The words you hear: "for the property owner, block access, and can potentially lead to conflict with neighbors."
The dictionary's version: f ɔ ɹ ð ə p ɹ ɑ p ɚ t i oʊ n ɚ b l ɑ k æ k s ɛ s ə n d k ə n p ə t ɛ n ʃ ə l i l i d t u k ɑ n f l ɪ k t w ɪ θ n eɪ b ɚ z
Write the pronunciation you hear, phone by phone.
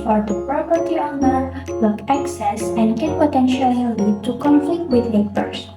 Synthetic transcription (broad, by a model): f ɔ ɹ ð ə p ɹ ɑ p ɚ t i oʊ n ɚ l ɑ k æ k s ɛ s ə n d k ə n p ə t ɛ n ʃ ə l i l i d t u k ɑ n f l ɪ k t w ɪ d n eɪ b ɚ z